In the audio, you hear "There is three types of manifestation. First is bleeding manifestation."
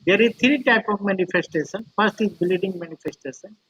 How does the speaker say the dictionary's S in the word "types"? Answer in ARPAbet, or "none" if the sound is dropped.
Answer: none